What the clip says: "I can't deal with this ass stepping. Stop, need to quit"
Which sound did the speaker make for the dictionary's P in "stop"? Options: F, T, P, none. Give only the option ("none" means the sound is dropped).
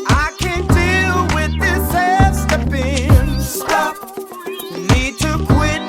F